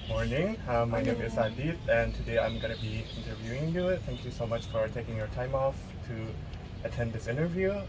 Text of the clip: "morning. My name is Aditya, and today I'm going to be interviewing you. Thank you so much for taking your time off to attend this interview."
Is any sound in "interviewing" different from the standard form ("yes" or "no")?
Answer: no